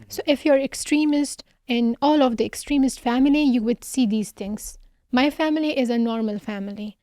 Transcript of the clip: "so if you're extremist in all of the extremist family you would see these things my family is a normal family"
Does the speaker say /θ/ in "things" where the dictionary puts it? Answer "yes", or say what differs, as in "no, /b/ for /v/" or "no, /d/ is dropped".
no, /t/ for /θ/